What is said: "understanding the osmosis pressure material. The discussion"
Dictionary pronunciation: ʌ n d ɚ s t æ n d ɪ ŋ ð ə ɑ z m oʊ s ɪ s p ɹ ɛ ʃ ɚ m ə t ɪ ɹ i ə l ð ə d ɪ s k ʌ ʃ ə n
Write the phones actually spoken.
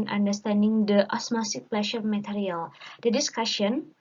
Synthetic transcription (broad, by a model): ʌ n d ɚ s t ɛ n d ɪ ŋ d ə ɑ s m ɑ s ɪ p l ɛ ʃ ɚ m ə t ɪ ɹ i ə l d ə d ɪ s k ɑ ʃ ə n